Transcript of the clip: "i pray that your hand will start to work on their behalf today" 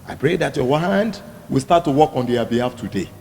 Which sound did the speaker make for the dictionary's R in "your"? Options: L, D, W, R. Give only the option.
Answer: W